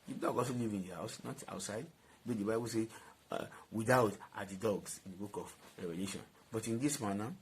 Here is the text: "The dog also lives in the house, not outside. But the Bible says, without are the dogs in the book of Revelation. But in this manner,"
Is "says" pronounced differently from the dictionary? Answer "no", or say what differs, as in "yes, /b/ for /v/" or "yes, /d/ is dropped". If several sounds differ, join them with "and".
yes, /z/ is dropped